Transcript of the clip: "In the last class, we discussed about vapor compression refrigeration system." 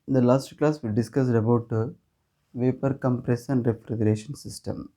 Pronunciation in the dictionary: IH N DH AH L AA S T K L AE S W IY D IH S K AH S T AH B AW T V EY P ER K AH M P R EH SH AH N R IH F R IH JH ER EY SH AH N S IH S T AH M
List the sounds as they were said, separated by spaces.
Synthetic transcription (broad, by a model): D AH L AA S T K L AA S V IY D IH S K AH S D AH B AW T V EY P ER K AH M P R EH S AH N R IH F R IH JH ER EY SH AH N S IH S T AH M